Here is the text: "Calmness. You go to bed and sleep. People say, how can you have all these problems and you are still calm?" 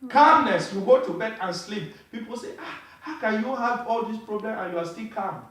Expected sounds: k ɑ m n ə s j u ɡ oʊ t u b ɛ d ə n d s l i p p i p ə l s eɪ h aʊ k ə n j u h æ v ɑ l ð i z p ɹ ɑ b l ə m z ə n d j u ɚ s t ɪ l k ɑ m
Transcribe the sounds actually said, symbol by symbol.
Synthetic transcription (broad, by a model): k ɑ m n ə s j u ɡ oʊ t u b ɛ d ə n s l i p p i p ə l s eɪ h aʊ k ə n j u h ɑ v ɑ l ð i s p ɹ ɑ b l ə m ə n j u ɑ s t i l k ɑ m